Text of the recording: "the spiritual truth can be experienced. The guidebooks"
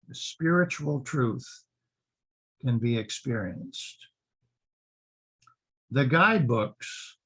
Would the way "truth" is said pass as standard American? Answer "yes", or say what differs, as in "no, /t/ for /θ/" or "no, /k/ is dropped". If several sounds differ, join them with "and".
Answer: yes